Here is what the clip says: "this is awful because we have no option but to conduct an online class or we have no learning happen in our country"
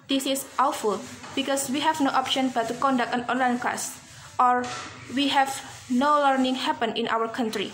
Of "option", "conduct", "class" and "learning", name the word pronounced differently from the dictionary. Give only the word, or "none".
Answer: class